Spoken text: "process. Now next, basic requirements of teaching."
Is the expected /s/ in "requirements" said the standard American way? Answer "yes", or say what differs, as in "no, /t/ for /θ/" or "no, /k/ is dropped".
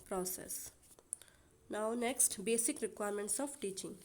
yes